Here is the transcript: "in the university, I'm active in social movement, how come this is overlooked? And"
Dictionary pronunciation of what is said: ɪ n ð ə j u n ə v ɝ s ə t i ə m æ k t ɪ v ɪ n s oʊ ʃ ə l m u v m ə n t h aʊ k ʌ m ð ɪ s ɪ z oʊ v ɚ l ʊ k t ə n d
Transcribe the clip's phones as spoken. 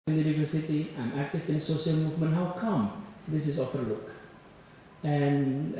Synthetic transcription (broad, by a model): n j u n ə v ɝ s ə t i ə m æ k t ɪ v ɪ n s oʊ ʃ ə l m u v m ə n t h aʊ k ʌ m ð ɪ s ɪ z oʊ f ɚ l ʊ k ə n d